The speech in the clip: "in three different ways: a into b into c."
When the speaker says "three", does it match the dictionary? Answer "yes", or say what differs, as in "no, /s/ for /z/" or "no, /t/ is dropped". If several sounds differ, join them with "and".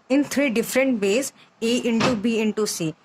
no, /t/ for /θ/